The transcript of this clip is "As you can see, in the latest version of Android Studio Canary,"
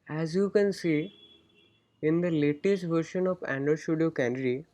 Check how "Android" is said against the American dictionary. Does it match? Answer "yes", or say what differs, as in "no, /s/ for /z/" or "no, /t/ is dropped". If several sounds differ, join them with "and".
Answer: no, /ɹ/ is dropped